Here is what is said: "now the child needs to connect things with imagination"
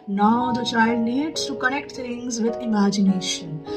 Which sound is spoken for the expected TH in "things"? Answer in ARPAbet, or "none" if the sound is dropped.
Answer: T